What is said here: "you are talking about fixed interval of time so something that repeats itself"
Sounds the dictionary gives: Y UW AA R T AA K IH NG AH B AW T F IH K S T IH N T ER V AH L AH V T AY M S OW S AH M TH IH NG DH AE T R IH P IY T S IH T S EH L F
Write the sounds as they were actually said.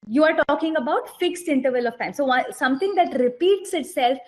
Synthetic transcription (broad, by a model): Y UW AA R T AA K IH NG AH B AW T F IH K S T IH N T ER V AH L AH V T AY M S OW S AH M T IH NG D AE T R IH P IY T S IH T S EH L F